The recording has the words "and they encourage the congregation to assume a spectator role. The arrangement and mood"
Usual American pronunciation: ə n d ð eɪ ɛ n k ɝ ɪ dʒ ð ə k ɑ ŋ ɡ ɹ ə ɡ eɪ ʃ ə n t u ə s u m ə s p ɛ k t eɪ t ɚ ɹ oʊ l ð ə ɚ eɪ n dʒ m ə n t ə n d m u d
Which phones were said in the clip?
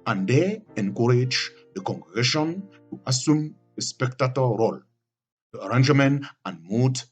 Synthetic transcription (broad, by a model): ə n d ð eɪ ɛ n k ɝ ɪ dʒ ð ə k ɑ ŋ ɡ ɹ ə ɡ eɪ ʃ ə n t u ə s u m ə s p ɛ k t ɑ t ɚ ɹ oʊ l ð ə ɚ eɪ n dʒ m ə n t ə n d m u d